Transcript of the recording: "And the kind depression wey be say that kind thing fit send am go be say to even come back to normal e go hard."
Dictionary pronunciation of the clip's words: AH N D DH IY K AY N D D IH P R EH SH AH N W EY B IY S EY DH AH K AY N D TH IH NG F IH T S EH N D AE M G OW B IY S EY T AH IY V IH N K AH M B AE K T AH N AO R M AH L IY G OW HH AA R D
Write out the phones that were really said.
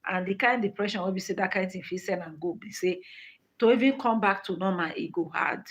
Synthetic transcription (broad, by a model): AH N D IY K AY N D D IH P R EH SH AH N W EY B IY S EY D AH K AY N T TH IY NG F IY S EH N AA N G OW B IY S EY T AH IY V IH N K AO M B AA K T AH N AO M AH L IY G OW HH AA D